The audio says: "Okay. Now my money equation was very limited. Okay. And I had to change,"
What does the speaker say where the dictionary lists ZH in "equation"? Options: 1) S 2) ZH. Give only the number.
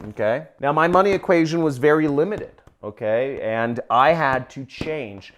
2